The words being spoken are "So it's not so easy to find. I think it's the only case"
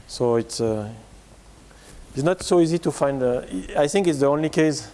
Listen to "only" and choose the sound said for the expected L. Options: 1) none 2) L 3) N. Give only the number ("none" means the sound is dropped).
2